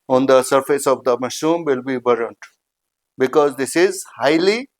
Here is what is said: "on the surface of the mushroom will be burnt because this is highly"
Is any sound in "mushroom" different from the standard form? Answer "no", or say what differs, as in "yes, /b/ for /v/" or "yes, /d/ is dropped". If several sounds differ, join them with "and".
yes, /ɹ/ is dropped